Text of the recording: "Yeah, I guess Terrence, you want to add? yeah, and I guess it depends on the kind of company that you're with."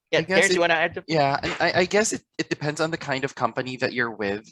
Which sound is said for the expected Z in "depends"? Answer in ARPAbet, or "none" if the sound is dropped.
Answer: Z